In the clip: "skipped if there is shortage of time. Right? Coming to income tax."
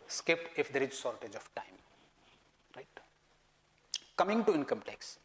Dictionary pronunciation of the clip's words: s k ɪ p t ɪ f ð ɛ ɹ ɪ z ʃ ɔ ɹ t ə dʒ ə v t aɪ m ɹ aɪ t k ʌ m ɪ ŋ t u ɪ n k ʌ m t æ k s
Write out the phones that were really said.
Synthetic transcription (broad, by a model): s k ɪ p ɪ f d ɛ ɹ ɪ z s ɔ ɹ t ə dʒ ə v t aɪ m ɹ aɪ t k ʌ m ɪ ŋ t u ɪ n k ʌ m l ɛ k s